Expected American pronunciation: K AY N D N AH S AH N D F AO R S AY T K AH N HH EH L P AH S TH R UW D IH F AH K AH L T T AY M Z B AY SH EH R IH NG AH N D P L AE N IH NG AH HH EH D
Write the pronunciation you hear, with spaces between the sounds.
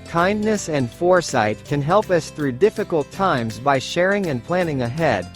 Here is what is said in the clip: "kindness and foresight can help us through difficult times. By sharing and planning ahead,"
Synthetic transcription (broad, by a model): K AY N N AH S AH N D F AO R S AY T K AH N HH EH L P AH S TH R UW D IH F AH K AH L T T AY M Z B AY SH EH R IH NG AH N P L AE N IH NG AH HH EH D